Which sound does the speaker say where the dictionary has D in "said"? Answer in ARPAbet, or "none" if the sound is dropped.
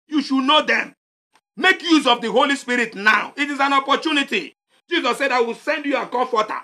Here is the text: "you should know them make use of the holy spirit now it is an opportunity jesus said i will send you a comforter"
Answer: D